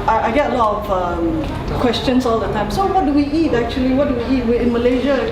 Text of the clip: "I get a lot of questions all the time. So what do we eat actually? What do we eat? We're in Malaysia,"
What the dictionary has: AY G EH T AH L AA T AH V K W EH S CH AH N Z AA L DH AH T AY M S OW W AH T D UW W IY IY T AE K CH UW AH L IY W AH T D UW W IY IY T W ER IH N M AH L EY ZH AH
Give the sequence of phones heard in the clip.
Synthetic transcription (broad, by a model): AY G EH T AH L AA T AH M K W EH S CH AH N S AA L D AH T AY M S OW W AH T D UW W IY IY T AE K CH UW AH L IY W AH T D UW W IY IY T W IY IH N M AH L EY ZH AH